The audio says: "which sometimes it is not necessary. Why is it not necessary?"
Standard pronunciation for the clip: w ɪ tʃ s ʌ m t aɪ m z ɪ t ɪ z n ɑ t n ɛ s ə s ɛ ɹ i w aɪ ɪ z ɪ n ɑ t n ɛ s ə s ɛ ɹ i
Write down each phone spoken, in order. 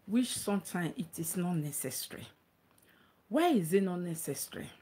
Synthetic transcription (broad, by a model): w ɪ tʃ s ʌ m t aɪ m ɪ t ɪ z n ɑ t n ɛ s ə s ɹ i w aɪ ɪ z ɪ n ɑ t n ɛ s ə s ɹ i